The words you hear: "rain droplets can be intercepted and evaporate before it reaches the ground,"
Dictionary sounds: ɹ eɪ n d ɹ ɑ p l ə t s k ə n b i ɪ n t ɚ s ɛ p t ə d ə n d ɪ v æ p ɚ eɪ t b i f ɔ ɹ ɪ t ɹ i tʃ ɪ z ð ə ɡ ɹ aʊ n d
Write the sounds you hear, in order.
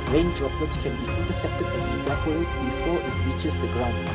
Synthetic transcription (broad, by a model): ɹ eɪ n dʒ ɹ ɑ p ə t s k ə n b i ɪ n t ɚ s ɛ p t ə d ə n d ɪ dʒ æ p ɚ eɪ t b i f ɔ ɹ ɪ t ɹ i tʃ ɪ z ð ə ɡ ɹ aʊ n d